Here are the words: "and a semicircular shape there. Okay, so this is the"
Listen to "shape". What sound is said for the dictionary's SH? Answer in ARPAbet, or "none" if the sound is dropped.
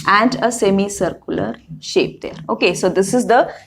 SH